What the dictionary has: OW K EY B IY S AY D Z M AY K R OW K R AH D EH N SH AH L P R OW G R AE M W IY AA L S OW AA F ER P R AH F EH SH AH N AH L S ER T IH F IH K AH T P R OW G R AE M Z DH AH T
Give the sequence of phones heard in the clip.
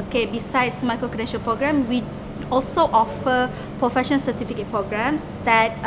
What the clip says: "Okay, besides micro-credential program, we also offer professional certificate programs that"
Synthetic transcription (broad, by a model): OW K EY B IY S AY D S M AY K R OW K AH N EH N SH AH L P R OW G R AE M W IY AA L S OW AA F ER P R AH F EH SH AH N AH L S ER T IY F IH K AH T P R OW G R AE M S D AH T